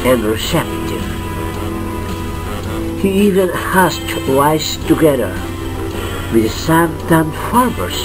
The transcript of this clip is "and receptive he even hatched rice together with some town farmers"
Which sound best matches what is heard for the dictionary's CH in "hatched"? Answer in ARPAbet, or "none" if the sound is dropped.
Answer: S